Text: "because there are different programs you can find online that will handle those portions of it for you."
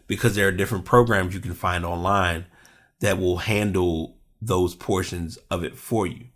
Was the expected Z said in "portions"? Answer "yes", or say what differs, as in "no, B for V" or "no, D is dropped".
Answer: yes